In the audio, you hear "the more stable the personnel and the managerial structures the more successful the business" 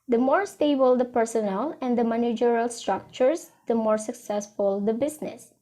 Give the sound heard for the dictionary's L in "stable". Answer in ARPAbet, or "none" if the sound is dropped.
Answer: L